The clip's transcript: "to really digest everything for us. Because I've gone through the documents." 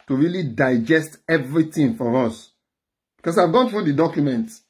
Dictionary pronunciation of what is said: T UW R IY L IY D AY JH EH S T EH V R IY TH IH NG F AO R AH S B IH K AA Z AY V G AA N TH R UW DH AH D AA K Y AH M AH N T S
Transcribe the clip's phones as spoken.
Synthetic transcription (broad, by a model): T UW R IY L IY D AY JH EH S T EH V R IY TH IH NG F AO R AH S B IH K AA S AY V G AA N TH R UW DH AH D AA K Y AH M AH N T